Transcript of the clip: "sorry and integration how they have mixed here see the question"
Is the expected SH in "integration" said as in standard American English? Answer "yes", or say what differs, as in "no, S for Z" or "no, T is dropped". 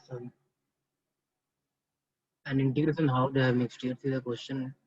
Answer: no, S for SH